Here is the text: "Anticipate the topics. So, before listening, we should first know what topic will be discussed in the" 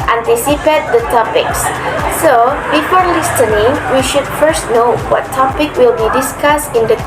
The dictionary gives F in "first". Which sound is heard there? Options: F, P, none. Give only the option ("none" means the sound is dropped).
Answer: F